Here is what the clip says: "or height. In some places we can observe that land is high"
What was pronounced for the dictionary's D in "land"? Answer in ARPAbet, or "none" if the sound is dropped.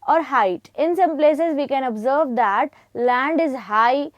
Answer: D